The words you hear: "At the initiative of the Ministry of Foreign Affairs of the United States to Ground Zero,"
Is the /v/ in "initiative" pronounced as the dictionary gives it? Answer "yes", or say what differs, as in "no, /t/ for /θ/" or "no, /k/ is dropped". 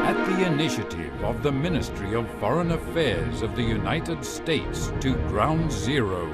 yes